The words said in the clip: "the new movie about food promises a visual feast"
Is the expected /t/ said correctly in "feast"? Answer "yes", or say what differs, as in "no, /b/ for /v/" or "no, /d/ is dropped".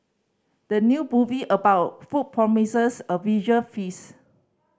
no, /t/ is dropped